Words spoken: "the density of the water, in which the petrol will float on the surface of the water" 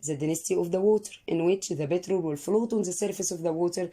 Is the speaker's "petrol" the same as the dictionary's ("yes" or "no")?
no